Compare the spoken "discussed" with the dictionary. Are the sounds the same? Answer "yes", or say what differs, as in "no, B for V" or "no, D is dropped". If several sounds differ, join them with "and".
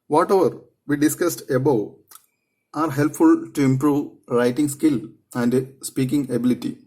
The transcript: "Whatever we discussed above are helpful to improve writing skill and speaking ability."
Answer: yes